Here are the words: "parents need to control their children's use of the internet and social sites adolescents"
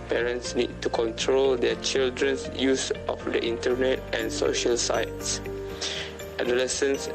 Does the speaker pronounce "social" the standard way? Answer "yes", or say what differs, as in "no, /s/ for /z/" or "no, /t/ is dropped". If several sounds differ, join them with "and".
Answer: yes